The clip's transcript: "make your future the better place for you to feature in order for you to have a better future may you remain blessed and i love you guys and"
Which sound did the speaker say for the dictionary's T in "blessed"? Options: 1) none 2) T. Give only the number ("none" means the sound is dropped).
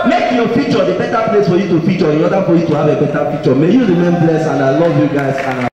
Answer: 1